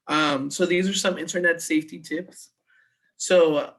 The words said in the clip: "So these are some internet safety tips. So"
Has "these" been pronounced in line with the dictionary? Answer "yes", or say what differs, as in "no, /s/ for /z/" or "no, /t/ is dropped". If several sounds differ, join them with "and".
yes